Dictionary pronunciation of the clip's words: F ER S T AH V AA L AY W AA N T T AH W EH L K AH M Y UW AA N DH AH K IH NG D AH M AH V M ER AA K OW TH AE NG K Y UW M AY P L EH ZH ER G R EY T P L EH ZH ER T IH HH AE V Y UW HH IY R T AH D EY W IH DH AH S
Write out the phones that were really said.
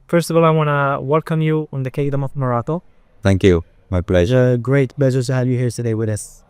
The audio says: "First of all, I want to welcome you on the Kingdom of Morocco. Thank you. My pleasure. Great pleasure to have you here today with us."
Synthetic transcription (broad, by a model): F ER S T AH V AA L AY W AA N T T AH W EH L K AH M Y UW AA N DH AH K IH D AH M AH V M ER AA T OW TH AE NG K Y UW M AY P L EH ZH ER G R EY T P L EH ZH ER T IH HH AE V Y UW HH IY R T AH D EY W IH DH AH S